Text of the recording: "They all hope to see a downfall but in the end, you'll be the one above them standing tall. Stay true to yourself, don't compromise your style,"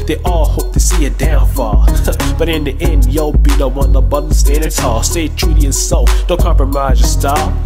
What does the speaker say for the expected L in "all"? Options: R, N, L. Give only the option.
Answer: L